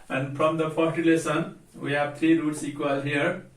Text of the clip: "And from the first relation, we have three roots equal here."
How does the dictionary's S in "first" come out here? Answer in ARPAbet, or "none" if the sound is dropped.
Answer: none